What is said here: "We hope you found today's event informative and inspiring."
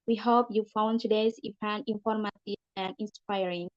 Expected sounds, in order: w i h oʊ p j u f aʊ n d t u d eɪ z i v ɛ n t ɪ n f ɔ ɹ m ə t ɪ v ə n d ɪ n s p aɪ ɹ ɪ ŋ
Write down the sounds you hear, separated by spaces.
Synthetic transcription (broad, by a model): w i h oʊ p j u f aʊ n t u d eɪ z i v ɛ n ɪ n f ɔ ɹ m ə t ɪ ə n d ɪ n s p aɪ ɹ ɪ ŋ